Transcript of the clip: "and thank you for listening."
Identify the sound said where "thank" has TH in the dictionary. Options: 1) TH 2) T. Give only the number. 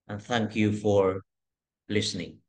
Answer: 1